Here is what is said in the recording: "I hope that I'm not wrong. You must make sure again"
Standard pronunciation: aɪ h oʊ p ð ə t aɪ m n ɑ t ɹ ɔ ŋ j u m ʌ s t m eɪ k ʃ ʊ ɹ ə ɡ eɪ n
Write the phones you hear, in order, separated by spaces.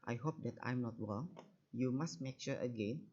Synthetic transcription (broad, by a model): aɪ h oʊ p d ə t aɪ m n ɑ t w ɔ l j u m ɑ s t m eɪ k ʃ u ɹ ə ɡ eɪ n